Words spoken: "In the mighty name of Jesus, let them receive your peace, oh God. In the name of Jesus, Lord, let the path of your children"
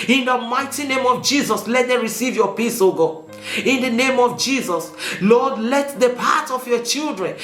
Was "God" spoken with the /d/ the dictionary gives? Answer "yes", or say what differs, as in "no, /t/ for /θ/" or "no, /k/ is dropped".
no, /d/ is dropped